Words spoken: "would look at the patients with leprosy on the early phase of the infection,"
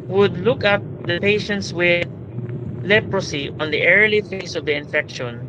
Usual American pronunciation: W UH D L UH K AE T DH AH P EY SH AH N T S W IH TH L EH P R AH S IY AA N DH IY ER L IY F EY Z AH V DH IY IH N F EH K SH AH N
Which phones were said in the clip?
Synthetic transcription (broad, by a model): W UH D L UH K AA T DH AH P EY SH AH N T S W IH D L EH P R AH S IY AA N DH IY ER L IY F EY S AH V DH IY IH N F EH K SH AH N